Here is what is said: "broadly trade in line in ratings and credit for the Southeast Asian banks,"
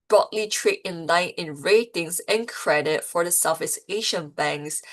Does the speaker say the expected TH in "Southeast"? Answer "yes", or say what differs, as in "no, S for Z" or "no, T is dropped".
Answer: no, F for TH